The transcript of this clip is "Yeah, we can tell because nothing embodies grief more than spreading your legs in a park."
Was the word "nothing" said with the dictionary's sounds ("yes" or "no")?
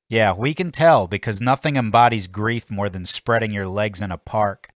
yes